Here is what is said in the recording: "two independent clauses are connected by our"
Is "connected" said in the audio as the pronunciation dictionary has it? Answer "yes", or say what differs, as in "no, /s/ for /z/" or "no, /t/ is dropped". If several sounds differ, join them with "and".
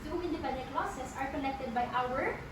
no, /l/ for /n/